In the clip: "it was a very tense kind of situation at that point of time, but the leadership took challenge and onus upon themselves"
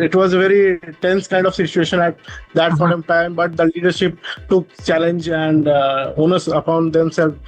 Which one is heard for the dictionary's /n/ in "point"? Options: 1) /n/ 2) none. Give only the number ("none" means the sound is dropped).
2